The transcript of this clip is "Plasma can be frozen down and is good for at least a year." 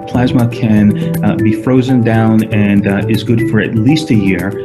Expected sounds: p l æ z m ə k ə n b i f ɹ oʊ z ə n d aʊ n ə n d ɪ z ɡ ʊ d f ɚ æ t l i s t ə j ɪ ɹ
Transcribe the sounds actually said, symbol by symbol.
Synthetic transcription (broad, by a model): p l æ z m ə k ə n b i f ɹ oʊ z ə n d aʊ n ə n ɪ z ɡ ʊ d f ɚ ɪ t l i s t ə j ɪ ɹ